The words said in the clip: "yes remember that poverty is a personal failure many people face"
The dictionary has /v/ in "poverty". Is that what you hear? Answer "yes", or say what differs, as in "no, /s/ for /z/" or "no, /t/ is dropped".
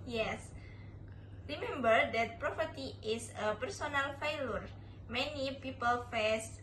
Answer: no, /p/ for /v/